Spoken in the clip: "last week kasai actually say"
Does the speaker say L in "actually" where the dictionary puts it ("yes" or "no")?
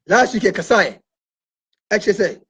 no